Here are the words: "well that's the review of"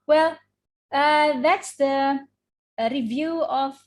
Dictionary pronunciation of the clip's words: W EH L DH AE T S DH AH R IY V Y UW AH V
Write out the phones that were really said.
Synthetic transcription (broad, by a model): W EH L DH AE T S DH AH R IY V Y UW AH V